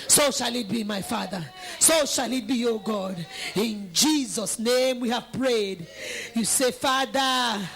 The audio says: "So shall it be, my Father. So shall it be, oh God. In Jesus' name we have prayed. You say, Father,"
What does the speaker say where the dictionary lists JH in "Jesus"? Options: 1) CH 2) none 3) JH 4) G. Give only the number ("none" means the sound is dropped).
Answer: 3